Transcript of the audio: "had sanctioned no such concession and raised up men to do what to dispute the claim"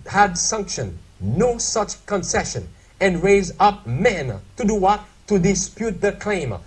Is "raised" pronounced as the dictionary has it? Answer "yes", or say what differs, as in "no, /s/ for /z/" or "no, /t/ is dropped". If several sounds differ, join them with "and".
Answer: no, /d/ is dropped